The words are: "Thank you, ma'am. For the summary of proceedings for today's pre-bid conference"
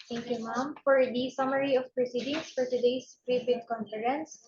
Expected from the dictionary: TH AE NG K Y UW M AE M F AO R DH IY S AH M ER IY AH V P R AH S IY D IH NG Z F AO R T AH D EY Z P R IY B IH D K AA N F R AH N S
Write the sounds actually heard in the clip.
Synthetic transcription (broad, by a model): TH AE NG K Y UW M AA M F AO R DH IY S AH M ER IY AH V P R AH S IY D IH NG S F AO R T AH D EY S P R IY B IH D K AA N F R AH N S